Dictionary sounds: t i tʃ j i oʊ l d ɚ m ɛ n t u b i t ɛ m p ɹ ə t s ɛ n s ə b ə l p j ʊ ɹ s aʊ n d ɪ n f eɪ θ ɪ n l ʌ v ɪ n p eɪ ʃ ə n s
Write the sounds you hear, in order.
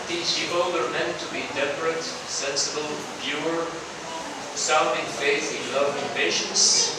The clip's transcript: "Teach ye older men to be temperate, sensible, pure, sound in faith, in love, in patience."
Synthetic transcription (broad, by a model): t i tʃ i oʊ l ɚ m ɛ n t u b i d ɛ p ɹ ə t s ɛ n s ə b ə l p j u ɹ s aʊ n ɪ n f eɪ s ɪ n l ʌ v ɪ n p eɪ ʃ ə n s